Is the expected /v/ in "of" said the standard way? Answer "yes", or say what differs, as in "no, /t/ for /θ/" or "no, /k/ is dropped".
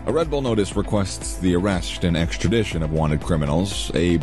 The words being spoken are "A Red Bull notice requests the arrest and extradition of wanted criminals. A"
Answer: yes